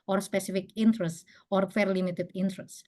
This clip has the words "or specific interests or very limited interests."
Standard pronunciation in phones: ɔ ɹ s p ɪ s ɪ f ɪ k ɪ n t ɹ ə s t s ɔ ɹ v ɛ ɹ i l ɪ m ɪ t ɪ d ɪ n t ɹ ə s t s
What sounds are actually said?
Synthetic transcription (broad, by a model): ɔ ɹ s p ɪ s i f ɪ k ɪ n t ɹ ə s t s ɔ ɹ f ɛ ɹ l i m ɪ t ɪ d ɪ n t ɹ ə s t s